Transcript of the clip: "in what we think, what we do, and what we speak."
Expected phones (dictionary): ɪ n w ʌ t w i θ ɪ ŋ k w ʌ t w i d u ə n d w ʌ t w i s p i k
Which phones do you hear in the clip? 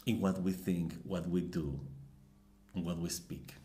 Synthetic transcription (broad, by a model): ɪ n w ʌ t w i θ ɪ ŋ k w ʌ t w i d u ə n w ʌ t w i s p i k